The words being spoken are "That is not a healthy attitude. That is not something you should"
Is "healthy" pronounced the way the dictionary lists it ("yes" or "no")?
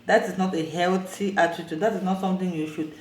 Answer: no